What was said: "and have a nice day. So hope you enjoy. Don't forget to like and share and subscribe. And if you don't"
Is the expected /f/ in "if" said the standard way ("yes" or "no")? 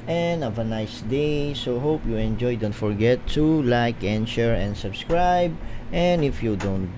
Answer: yes